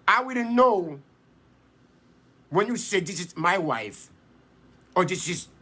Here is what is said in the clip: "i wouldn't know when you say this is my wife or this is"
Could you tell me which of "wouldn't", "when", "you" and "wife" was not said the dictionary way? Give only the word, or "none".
wouldn't